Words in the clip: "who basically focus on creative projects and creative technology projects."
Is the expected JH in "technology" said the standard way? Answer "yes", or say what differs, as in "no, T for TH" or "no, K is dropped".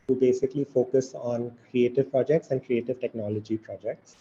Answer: yes